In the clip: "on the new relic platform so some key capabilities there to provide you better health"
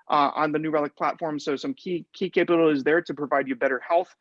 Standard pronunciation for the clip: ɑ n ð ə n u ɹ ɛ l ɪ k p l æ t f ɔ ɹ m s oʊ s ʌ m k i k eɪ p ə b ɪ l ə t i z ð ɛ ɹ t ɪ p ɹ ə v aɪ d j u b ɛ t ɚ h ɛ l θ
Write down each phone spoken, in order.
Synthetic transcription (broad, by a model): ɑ n ð ə n u ɹ ɛ l ɪ k p l æ t f ɔ ɹ m s oʊ s ʌ m k i k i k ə ɪ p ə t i z ð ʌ ɹ t ɪ p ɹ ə v aɪ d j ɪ b ɛ t ɚ h ɛ l θ